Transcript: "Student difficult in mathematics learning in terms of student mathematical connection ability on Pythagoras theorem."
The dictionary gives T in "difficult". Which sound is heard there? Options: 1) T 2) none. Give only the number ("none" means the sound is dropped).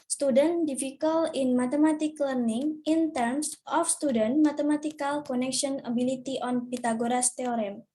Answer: 2